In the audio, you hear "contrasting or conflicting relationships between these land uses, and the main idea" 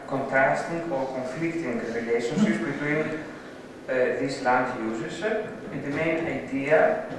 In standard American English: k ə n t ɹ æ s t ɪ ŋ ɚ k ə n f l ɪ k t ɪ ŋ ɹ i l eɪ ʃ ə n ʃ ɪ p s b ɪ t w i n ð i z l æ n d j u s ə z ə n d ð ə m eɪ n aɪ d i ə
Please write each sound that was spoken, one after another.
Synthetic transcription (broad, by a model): k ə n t ɹ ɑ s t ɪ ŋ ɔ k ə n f l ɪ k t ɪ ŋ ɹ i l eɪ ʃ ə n s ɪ s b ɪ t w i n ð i s l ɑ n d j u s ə s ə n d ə m eɪ n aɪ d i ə